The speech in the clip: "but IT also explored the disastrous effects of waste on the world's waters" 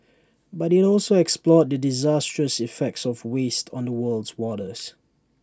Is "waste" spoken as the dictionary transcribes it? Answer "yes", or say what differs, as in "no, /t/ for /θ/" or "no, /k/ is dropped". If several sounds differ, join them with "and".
yes